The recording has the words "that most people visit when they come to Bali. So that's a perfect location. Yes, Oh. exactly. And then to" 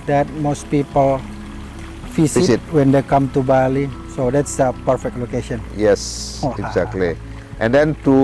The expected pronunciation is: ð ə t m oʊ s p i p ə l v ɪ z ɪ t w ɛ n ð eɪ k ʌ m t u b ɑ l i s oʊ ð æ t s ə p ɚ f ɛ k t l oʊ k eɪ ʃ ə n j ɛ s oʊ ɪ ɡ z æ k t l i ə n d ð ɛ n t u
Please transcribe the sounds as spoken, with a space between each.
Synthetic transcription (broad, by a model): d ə t m oʊ s p i p ə l f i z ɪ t w ɛ n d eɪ k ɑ m t u b ɑ l i s oʊ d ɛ t s ə p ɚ f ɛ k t l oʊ k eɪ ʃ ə n j ɛ s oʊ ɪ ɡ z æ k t l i ə n d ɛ n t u